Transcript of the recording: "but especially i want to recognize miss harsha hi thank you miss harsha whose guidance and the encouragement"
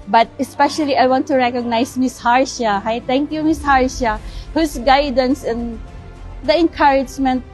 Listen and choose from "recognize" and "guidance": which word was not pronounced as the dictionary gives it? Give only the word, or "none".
recognize